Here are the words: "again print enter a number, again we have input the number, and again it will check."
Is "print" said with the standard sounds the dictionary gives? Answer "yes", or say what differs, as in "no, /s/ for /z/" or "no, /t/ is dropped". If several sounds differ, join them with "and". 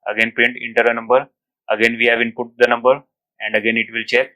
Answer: no, /ɹ/ is dropped